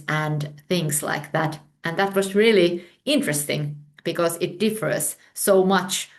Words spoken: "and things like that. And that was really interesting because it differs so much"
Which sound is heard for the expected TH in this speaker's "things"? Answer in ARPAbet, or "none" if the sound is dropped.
TH